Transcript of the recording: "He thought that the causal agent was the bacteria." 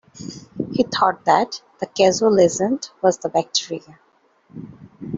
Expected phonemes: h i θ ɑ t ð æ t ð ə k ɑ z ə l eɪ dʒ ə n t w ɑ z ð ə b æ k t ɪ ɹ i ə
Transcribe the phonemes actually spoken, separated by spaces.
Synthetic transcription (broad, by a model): h i t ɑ t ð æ t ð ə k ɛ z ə l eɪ z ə n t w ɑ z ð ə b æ k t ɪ ɹ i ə